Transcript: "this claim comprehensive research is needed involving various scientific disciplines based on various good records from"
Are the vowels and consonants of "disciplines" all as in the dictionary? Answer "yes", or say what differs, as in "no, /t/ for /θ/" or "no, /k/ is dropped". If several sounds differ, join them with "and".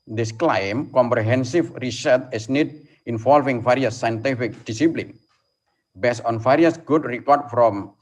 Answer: no, /z/ is dropped